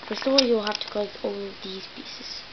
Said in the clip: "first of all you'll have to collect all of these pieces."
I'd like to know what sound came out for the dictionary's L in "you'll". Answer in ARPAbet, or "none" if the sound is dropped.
L